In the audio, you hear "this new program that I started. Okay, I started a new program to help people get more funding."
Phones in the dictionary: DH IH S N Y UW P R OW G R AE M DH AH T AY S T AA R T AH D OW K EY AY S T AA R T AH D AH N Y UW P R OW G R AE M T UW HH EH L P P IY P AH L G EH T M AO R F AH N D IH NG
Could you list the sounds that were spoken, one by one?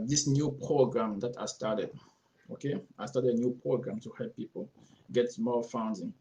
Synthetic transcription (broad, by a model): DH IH S N Y UW P R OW G R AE M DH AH T AY S T AA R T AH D OW K EY AY S T AA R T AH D AH N Y UW P R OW G R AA M T UW HH EH L P P IY P AH L G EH T M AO L F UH N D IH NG